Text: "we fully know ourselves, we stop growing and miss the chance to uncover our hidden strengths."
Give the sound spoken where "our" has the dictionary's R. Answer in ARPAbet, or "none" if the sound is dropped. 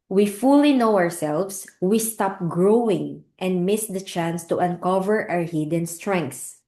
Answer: R